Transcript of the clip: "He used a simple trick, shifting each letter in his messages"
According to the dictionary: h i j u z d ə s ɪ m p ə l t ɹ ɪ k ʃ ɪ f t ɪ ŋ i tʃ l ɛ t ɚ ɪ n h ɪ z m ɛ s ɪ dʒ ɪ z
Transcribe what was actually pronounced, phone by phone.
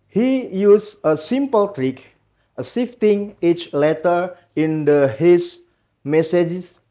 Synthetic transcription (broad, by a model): h i j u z ə s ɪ m p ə l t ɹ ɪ k s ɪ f t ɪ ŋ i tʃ l ɛ t ɚ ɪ n h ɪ s m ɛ s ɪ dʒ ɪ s